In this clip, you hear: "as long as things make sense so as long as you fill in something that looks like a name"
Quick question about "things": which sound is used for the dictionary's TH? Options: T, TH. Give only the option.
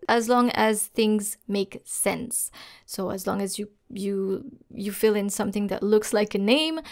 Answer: TH